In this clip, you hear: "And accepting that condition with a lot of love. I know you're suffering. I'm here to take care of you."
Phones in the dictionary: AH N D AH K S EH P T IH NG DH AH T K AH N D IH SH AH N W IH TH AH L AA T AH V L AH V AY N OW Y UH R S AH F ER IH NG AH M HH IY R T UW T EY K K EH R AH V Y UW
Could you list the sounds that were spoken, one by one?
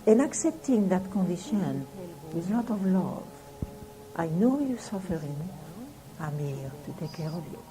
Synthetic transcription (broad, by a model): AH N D AH K S EH P T IH NG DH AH T K AH N D IH SH AH N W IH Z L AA T AH V L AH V AY N OW Y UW S AH F ER IH NG AH M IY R T UW T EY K K EH R AH V Y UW